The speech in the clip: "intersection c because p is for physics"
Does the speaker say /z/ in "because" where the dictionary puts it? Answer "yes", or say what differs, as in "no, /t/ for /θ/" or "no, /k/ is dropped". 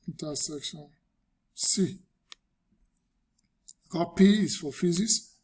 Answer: no, /z/ is dropped